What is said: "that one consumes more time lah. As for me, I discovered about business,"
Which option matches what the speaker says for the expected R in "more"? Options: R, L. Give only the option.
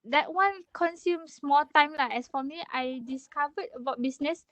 L